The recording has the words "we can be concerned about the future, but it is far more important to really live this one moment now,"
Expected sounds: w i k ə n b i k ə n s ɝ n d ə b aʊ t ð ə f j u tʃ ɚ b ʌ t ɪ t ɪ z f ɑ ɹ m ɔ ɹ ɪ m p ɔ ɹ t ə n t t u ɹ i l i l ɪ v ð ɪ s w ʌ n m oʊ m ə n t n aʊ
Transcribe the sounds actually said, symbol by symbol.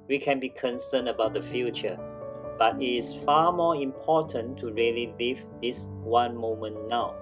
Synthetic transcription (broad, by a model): w i k ə n b i k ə n s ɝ n ə b aʊ t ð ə f j u tʃ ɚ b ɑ t ɪ t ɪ s f ɑ m ɔ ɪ m p ɔ t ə n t t u ɹ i l i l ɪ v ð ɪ s w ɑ n m oʊ m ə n n aʊ